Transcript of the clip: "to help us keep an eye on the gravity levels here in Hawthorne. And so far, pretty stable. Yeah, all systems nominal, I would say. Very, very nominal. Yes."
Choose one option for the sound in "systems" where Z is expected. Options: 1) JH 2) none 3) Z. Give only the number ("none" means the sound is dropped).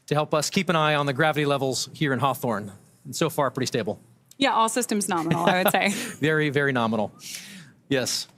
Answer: 3